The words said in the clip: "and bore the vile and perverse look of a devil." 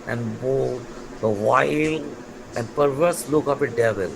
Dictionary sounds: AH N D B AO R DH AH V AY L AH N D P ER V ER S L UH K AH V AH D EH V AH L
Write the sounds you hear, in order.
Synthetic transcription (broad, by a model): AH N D B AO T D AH V AY L AH N D P ER V ER S L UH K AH P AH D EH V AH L